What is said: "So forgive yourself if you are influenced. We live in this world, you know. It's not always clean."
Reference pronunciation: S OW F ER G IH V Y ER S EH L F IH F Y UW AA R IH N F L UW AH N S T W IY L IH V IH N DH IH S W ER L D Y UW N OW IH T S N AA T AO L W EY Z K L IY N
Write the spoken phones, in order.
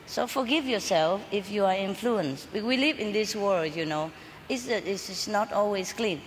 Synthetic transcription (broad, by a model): S OW F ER G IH V Y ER S EH L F IH F Y UW AA R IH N F L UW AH N S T W IY L IH V IH N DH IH S W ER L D Y UW N OW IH S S N AA T AO L W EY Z K L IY N